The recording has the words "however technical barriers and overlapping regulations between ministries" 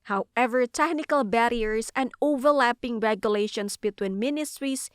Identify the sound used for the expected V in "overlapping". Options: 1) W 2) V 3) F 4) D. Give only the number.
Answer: 2